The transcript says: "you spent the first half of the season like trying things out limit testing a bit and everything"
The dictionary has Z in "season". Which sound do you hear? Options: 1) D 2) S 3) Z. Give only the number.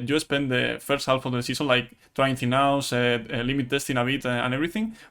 2